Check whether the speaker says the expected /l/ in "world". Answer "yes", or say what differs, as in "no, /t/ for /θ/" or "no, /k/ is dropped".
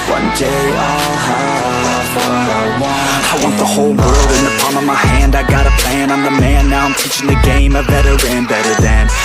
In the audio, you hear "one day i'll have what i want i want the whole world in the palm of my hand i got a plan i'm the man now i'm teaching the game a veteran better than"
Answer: yes